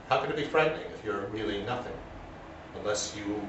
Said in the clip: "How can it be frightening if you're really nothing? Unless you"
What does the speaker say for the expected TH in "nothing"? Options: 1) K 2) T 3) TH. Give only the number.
3